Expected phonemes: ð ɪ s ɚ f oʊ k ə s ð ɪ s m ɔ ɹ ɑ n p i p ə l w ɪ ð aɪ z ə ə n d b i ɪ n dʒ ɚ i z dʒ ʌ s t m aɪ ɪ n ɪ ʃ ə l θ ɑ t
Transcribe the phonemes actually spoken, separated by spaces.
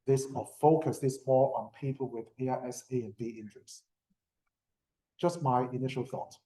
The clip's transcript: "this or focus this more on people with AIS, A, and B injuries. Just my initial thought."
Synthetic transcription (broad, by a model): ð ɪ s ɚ f oʊ k ə s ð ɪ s m ɔ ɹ ɑ n p i p ə l w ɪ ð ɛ s ə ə n b i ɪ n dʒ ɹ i s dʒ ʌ s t m aɪ ɪ n ɪ ʃ ə l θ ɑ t